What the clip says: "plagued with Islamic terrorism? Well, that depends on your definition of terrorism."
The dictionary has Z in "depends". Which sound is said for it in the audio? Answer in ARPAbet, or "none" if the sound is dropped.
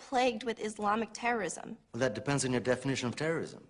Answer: Z